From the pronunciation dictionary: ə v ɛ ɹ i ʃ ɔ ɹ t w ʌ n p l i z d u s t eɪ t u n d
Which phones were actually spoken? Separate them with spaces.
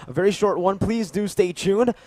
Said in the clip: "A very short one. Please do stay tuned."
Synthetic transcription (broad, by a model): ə v ɛ ɹ i ʃ ɔ ɹ t w ʌ n p l i z d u s t eɪ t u n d